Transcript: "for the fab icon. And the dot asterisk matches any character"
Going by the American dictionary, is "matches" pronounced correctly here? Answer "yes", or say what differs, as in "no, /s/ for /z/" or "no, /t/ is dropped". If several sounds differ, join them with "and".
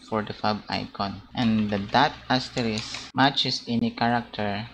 no, /s/ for /z/